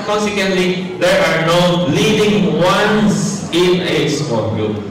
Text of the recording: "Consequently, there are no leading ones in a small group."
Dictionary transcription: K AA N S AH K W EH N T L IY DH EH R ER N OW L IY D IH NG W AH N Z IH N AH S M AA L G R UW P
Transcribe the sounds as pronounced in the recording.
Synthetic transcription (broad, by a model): K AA N S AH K W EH N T L IY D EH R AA N OW L IY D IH NG W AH N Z IH N AH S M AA N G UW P